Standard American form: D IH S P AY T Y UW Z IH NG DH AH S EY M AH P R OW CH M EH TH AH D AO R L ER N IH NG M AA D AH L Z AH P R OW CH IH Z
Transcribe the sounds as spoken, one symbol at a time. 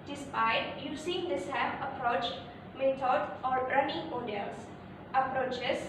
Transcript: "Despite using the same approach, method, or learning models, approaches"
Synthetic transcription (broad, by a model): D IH S P AY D Y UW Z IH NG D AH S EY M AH P R OW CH M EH T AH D AO R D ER N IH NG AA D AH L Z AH P R OW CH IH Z